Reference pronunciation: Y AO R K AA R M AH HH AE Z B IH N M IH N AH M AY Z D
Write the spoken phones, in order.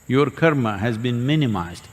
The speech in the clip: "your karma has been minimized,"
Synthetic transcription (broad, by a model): Y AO R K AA R M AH HH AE Z B IH N M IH N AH M AY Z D